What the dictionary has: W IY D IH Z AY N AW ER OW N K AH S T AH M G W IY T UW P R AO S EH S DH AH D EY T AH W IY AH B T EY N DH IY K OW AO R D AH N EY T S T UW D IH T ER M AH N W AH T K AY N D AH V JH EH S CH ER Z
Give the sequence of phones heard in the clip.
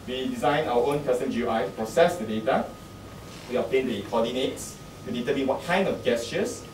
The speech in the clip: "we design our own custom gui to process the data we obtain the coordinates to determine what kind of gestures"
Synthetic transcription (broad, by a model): W IY D IH Z AY N AW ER OW N K AH S T AH M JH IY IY T UW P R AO S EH S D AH D EY T AH W IY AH T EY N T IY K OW AO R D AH N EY T T UW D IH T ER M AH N W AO T K AY N D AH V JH EH S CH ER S